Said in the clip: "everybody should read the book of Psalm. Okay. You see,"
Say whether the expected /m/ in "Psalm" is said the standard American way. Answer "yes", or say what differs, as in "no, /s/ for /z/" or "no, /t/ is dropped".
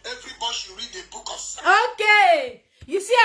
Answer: no, /m/ is dropped